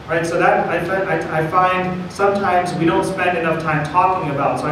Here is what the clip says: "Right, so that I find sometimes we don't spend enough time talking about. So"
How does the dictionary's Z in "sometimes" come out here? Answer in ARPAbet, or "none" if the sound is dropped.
Z